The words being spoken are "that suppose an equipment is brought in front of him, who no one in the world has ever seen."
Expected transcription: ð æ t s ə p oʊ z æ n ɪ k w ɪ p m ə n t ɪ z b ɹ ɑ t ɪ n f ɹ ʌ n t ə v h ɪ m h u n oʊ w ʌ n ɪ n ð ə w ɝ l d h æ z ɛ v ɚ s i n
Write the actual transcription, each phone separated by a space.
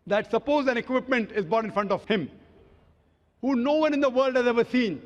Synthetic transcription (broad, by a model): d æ t s ə p oʊ z æ n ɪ k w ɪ p m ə n t ɪ z b ɑ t ɪ n f ɹ ʌ n t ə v h ɪ m h u n oʊ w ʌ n ɪ n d ə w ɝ l d h æ z ɛ v ɚ s i n